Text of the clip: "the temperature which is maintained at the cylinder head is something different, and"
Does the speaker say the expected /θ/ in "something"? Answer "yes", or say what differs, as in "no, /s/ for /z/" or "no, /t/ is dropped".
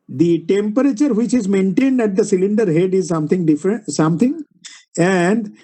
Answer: no, /t/ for /θ/